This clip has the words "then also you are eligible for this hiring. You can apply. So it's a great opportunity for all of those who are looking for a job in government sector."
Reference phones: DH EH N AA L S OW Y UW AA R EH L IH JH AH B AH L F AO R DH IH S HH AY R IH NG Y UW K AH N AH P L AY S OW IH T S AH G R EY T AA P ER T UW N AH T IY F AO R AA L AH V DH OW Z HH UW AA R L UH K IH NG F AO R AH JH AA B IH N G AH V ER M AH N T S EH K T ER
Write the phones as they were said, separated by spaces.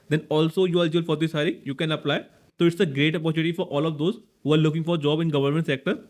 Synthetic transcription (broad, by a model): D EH N AA L S OW Y UW AA R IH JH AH AH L F AO R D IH S HH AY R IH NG Y UW K AH N AH P L AY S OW IH T S AH G R EY T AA P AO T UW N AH T IY F AO R AA L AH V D OW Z HH UW AA R L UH K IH NG F AO R JH AA B IH N G AH V ER M AH N T S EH K T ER